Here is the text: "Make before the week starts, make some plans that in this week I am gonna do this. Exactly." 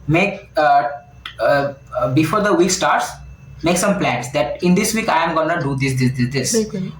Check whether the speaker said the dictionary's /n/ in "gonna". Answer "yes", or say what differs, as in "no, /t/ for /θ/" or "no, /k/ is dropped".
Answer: yes